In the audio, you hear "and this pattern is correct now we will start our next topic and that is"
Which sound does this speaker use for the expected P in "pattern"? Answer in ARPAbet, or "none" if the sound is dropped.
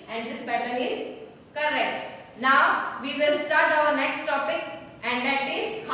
B